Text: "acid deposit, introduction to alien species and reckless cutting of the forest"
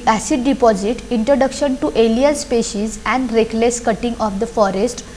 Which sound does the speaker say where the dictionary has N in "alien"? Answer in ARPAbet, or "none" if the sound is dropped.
L